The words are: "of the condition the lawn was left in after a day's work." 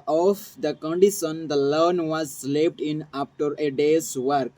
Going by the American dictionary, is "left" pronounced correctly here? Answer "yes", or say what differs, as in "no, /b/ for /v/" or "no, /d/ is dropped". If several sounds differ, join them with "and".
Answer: no, /p/ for /f/